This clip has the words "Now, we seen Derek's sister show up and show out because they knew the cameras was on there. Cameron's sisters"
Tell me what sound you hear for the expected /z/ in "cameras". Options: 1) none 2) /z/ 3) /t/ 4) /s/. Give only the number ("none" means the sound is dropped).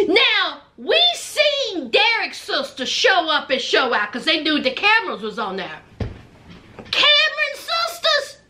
2